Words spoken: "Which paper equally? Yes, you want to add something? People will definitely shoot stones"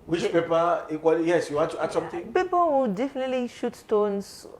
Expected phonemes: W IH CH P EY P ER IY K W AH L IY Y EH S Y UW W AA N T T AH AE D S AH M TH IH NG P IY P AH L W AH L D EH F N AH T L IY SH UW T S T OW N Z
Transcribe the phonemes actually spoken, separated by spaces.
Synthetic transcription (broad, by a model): W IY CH P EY P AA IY K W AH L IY Y EH S Y UW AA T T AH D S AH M T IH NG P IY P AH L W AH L D EH F N AH T L IY SH UW T S T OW N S